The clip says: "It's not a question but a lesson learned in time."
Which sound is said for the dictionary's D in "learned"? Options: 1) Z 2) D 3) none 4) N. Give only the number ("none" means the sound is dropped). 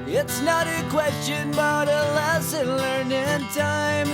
3